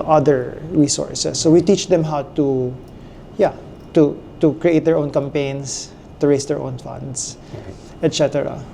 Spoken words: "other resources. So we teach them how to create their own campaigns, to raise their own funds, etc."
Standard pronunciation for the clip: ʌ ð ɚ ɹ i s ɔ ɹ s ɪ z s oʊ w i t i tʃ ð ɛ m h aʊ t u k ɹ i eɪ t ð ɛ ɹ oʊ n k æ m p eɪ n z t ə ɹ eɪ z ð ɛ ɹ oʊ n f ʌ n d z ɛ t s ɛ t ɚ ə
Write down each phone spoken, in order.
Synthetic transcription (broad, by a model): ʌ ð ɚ ɹ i s ɔ ɹ s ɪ s oʊ w i t i tʃ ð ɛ m h aʊ t u k ɹ i eɪ t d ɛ ɹ oʊ n k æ m p eɪ n s t ə ɹ eɪ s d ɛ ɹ oʊ n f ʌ n d s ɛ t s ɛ t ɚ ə